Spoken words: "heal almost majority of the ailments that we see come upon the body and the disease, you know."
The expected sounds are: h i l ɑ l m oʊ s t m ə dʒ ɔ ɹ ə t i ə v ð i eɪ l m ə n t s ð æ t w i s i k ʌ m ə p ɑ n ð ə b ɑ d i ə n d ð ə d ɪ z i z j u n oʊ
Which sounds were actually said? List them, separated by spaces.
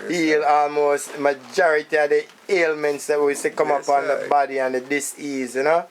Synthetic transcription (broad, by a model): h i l ɑ l m oʊ s t m ə dʒ ɔ ɹ ə t i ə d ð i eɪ l m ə n t s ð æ t w i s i k ʌ m ə p ɑ n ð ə b ɑ d i ə n d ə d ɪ s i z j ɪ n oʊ